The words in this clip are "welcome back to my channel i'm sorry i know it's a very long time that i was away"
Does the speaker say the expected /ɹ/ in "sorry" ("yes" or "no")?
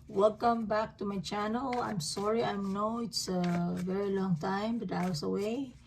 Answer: yes